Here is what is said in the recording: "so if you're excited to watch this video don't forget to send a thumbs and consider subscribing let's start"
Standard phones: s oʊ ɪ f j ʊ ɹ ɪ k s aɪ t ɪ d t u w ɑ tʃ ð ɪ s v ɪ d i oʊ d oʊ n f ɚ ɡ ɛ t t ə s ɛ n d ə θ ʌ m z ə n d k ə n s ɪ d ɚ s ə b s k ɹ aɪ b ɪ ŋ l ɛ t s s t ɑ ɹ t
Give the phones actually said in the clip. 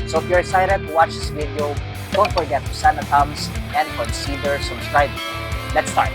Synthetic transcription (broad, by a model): s oʊ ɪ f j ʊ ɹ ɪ s aɪ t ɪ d t u w ɑ tʃ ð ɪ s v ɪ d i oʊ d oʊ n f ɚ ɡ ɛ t t ə s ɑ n ə t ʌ m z ə n d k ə n s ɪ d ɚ s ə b s k ɹ aɪ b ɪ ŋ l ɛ t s s t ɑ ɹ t